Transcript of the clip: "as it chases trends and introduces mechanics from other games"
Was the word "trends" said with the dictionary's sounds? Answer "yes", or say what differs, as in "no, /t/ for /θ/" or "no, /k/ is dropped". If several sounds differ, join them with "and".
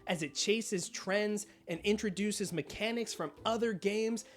yes